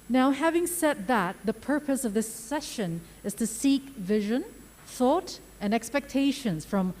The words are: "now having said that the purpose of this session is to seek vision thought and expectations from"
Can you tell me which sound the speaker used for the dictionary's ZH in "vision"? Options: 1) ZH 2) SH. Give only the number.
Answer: 1